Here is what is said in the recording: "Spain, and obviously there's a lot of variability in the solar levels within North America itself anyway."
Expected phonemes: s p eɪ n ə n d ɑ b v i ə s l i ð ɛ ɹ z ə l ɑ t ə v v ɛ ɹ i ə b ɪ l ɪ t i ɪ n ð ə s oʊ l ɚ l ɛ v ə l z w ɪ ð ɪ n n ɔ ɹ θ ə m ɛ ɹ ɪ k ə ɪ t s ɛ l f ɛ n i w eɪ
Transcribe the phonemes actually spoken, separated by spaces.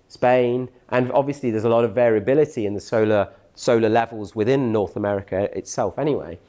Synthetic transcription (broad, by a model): s p eɪ n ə n ɑ b v i ə s l i ð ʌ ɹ z ə l ɑ t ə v v ɛ ɹ i ə b ɪ l ɪ t i ɪ n ð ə s oʊ l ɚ l ɛ v ə l z w ɪ ð ɪ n n ɔ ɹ θ ə m ɛ ɹ ɪ k ə ɪ t s ɛ l f ɛ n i w eɪ